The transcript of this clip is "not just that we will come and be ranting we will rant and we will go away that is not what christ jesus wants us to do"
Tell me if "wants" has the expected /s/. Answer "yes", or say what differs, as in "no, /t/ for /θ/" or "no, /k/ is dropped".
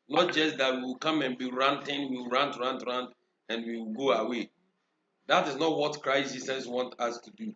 no, /s/ is dropped